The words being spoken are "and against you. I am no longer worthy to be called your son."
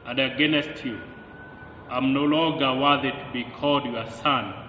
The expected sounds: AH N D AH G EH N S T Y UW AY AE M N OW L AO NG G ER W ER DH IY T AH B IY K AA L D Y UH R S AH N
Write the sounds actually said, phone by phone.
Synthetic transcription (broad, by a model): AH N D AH G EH N S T Y UW AY M N OW L AO NG G ER W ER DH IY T B IY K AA D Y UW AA S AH N